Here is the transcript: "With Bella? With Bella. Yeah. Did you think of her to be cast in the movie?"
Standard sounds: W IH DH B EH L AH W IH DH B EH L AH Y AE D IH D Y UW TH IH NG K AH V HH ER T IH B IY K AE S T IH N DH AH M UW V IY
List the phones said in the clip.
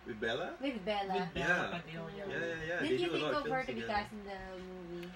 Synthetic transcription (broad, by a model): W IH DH B EH L AH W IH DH B EH L AH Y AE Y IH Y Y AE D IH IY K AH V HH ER T IH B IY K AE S IH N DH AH M UW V IY